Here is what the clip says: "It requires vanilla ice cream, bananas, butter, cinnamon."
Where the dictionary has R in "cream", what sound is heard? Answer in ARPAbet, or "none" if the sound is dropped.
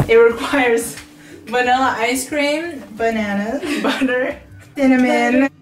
R